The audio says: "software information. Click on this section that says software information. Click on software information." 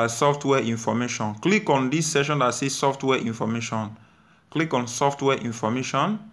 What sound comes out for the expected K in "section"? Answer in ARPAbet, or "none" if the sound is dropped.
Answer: none